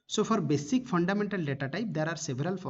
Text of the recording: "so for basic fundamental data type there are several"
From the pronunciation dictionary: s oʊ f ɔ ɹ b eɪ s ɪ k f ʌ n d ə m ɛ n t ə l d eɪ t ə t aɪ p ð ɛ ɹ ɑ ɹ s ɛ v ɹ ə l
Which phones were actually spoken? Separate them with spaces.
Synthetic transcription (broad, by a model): s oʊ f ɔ ɹ b eɪ s ɪ k p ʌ n d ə m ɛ n t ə l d eɪ t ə t aɪ p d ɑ ɹ ɑ ɹ s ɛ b ɹ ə l